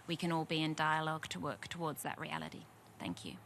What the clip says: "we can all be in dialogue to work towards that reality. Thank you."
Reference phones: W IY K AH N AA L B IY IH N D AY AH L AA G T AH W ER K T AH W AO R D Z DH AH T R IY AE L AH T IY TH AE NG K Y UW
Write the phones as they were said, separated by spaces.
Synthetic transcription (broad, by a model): W IY K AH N AA L B IY IH N D AY AH L AA G T AH W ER K T AH W AO D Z DH AH T R IY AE L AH T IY TH AE NG K Y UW